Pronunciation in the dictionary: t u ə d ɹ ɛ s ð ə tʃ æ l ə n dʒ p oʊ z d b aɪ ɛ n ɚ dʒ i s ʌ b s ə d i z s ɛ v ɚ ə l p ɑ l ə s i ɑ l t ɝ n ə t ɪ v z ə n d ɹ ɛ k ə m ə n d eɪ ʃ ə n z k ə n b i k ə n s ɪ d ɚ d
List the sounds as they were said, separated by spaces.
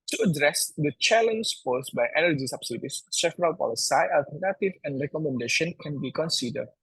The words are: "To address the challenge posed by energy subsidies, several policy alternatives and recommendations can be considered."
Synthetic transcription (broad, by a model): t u ə d ɹ ɛ s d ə tʃ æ l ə n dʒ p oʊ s b aɪ ɛ n ɚ dʒ i s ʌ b s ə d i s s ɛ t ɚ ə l p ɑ l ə s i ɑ l t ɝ n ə t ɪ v ə n d ɹ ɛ k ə m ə n d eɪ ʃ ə n k ə n b i k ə n s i d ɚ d